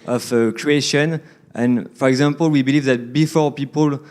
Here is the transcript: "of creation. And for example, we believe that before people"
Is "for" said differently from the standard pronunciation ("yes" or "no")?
no